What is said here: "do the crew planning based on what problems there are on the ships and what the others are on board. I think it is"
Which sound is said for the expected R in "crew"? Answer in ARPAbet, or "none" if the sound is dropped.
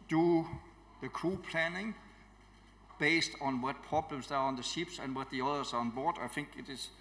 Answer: none